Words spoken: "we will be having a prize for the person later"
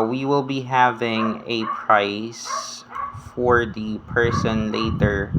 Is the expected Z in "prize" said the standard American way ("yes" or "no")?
no